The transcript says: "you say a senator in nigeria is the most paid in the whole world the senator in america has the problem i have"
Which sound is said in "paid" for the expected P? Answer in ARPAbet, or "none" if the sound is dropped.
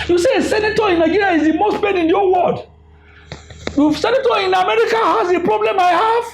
B